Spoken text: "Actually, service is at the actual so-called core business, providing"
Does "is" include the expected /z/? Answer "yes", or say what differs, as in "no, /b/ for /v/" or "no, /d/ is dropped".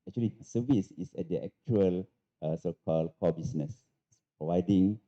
no, /s/ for /z/